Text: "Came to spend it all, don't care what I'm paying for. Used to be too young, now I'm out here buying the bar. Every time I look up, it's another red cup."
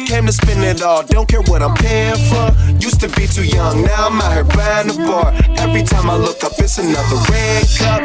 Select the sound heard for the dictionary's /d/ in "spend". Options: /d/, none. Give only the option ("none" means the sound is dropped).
none